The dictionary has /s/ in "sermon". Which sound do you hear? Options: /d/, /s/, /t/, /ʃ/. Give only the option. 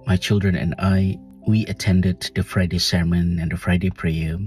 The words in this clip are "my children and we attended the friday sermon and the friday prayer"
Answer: /s/